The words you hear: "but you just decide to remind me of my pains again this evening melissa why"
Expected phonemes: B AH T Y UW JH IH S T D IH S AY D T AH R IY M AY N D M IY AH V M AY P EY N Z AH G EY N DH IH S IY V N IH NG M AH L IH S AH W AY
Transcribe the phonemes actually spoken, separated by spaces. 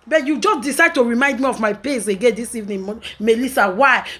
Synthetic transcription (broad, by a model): B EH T Y UW JH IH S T D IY S AY D T AH R IY M AY N D M IY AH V M AY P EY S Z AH G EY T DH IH S IY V N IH M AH L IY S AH W AY